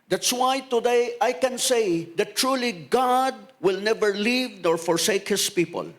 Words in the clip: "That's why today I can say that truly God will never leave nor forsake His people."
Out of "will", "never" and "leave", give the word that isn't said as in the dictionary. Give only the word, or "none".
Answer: none